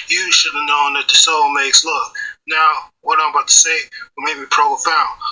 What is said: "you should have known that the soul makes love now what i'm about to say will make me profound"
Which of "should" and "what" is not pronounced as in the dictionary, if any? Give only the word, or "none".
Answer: none